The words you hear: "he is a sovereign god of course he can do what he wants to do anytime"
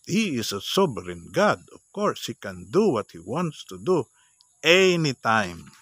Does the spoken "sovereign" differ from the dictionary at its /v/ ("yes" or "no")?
yes